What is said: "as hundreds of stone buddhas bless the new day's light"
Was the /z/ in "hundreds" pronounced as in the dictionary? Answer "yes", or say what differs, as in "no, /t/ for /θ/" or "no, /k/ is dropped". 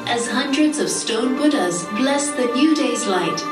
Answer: yes